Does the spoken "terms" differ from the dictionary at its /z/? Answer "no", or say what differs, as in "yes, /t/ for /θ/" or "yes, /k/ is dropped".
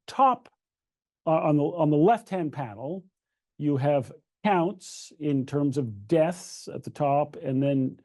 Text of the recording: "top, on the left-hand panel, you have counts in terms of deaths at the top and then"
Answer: no